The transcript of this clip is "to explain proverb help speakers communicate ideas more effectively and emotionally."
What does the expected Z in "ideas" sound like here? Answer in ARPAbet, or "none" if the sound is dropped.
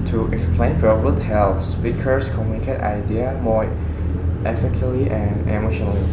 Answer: none